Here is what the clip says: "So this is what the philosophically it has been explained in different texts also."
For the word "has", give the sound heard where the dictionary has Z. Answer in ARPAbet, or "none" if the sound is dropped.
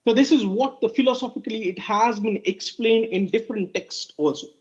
Z